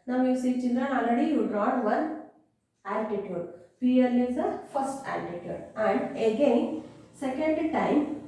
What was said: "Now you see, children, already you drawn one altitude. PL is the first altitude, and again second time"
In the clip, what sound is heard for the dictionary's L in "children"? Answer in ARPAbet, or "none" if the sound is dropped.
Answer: N